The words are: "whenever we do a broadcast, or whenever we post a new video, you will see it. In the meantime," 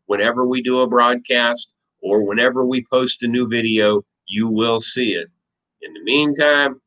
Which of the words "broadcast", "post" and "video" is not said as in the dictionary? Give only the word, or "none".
none